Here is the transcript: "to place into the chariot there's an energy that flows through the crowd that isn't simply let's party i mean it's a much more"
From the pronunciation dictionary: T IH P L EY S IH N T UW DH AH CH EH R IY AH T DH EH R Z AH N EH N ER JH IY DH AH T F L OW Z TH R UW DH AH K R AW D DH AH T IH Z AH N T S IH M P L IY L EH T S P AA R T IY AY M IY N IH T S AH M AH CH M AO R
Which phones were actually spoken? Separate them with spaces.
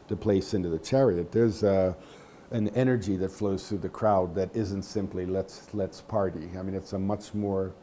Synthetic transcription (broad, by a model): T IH P L EY S IH N T UW DH AH CH EH R IY AH T DH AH R Z AH N EH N ER JH IY DH AH T F L OW Z TH R UW DH AH K R AW D DH AH T IH Z AH N T S IH M P L IY L EH T S P AA R T IY AY M IY N IH T S AH M AH CH M AO R